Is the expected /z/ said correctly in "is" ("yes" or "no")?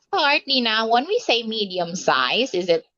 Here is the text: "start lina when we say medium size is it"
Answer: yes